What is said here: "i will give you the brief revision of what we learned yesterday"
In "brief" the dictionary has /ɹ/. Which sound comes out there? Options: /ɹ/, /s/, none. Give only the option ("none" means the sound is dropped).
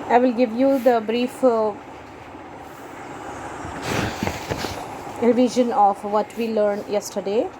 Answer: /ɹ/